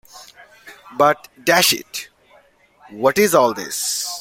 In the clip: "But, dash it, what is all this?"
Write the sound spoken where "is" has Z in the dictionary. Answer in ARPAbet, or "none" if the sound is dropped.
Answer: Z